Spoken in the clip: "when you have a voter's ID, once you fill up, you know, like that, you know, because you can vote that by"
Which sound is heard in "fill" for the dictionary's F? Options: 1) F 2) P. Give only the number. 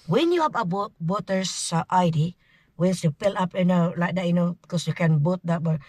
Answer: 2